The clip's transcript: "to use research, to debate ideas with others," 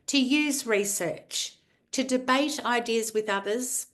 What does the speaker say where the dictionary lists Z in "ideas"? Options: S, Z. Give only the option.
Z